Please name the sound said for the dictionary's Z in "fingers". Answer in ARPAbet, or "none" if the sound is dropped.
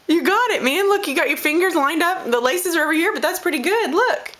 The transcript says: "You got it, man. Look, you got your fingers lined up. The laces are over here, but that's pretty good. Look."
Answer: Z